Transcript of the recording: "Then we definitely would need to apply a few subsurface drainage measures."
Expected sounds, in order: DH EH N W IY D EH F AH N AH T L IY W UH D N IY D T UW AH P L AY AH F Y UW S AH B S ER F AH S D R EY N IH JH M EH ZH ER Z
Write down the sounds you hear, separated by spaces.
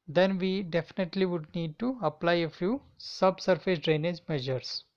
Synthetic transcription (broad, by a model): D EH N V IY D EH F AH N AH T L IY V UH D N IY D T UW AH P L AY AH F Y UW S AH B S ER F AH S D R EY N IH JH M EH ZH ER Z